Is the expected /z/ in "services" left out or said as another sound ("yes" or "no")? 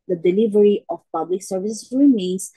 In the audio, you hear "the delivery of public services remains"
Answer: yes